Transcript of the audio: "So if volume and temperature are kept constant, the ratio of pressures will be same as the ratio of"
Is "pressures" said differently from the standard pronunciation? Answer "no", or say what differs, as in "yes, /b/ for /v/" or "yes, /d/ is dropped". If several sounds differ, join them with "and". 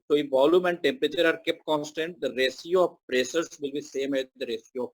yes, /s/ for /ʃ/